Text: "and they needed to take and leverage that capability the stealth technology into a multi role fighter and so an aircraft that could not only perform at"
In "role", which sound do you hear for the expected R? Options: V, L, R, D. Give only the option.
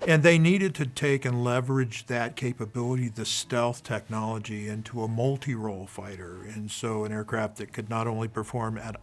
R